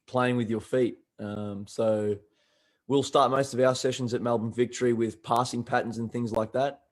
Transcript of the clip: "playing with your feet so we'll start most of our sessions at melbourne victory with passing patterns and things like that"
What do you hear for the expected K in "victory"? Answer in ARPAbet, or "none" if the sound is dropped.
K